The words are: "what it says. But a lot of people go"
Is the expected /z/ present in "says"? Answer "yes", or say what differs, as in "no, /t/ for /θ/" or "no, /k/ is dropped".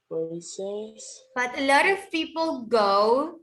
no, /s/ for /z/